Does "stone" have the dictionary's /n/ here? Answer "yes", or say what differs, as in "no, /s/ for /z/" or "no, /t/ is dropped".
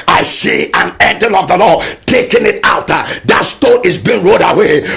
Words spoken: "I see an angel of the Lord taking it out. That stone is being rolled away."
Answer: no, /n/ is dropped